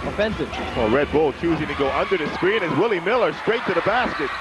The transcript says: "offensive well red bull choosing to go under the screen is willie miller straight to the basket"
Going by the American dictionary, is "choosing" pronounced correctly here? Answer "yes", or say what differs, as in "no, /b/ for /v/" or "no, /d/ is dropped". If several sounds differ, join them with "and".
yes